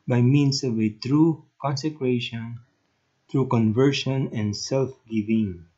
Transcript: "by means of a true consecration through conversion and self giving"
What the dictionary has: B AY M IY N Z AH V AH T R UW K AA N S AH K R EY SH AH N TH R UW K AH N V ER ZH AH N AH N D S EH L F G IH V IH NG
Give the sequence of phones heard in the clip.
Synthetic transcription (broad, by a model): B AY M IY N S AH V AH T R UW K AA N S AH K R EY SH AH N T R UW K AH N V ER SH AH N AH N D S EH L F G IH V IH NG